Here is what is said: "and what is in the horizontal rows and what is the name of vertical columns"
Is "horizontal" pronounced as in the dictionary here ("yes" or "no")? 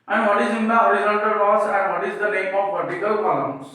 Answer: no